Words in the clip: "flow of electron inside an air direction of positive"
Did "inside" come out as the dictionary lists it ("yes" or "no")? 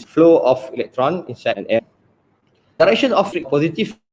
no